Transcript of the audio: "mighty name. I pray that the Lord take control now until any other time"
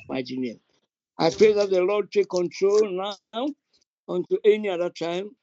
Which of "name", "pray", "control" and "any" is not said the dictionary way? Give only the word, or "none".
name